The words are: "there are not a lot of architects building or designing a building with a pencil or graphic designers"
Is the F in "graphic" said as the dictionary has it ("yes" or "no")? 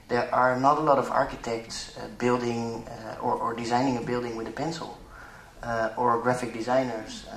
yes